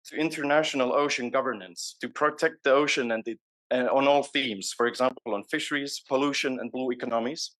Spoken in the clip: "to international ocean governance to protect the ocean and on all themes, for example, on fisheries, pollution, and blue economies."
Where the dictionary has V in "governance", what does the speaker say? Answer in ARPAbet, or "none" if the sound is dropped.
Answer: V